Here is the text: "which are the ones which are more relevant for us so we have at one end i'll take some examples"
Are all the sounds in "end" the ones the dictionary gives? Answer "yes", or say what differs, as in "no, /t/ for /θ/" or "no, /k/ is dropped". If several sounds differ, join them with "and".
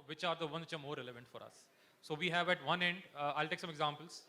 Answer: yes